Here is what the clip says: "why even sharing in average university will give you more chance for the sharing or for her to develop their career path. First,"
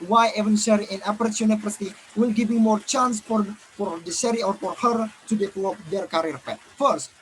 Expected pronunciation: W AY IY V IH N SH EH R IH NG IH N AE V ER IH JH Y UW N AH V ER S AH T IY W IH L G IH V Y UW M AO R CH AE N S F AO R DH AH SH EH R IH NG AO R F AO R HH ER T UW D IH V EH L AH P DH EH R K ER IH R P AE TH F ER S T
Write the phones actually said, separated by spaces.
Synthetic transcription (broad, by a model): W AY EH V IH N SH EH R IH IH N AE P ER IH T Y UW N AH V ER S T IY W IH L G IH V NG M AO R CH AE N S F AO R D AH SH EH R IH AO R F AO R HH ER T UW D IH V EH L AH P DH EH R K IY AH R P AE T F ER S T